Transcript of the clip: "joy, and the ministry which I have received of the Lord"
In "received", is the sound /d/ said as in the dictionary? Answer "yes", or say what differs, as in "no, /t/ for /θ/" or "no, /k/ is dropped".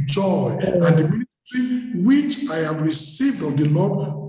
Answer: yes